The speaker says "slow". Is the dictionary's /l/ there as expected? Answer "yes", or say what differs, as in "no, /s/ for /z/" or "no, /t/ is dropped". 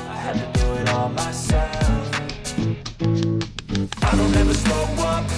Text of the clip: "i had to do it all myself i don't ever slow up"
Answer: no, /l/ is dropped